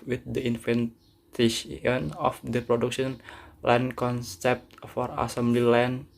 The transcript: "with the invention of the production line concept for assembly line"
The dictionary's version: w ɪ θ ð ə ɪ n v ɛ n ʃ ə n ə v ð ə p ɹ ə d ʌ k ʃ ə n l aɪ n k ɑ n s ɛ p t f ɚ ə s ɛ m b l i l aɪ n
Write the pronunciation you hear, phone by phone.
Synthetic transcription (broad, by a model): w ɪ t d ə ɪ n f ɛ n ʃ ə n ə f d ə p ɹ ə d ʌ k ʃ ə n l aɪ n k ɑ n s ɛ p t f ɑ ə s ɛ m b l i l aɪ n